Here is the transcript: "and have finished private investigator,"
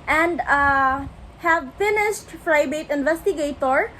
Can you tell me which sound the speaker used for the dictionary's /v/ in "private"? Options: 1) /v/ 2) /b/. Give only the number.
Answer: 2